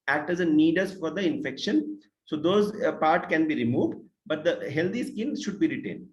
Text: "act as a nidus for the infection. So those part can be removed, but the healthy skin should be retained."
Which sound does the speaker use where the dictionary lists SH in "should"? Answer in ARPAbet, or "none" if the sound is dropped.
SH